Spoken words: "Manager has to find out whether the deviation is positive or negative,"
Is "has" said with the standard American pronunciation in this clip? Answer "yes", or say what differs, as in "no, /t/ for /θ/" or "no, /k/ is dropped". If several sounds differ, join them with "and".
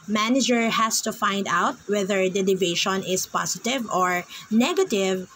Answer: no, /s/ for /z/